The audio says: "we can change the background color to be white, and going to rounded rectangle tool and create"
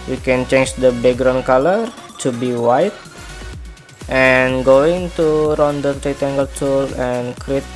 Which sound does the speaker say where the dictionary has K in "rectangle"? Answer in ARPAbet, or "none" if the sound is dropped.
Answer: none